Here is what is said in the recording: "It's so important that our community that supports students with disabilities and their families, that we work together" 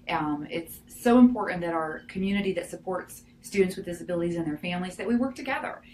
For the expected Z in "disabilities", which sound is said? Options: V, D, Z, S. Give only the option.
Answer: Z